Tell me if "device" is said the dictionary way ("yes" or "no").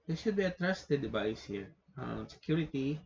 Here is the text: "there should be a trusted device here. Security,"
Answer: no